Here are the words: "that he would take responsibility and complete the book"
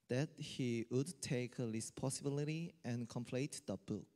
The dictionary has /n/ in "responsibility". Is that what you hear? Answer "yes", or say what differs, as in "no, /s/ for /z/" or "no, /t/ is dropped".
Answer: no, /n/ is dropped